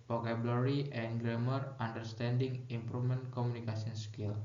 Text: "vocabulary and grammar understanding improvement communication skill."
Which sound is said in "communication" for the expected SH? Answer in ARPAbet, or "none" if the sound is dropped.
S